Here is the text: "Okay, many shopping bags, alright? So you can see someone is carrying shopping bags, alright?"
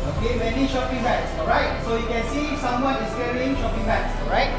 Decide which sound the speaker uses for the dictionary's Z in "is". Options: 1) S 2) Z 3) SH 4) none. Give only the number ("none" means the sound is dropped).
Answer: 1